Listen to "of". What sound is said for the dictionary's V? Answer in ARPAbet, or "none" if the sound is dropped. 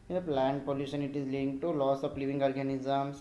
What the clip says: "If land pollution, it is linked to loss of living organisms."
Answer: P